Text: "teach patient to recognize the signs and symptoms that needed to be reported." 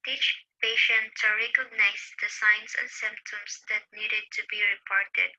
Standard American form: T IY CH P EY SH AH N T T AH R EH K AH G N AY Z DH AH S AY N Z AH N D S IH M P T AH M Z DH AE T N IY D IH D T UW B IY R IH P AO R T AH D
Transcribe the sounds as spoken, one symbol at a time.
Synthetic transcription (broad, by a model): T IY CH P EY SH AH N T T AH R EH K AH G N AY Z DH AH S AY N S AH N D S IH M P T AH M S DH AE T N IY D IH D T UW B IY R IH P AO R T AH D